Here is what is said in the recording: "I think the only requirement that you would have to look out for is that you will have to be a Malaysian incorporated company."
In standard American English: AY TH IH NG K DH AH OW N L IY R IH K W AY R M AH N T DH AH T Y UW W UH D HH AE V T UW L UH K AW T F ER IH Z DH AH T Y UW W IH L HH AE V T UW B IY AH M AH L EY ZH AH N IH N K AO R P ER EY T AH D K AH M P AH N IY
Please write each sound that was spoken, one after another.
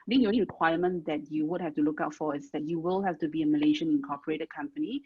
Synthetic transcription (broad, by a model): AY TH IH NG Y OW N IY R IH K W AY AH M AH N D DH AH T Y UW W UH D HH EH F T UW L UH K AW T F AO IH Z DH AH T Y UW W IH L HH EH F T UW B IY AH M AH L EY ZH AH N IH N K AO P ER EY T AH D K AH M P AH N IY